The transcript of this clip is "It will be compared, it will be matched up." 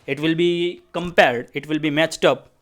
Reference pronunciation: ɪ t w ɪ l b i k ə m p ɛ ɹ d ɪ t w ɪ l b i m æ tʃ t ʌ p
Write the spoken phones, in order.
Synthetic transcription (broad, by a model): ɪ t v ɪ l b i k ə m p ɛ ɹ d ɪ t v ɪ l b i m æ tʃ t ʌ p